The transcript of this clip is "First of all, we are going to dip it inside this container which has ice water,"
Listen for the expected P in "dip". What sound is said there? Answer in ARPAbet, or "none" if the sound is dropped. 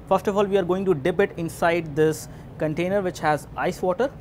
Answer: B